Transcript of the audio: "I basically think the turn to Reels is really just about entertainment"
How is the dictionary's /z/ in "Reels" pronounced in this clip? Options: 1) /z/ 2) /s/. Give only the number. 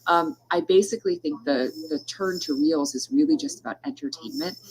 1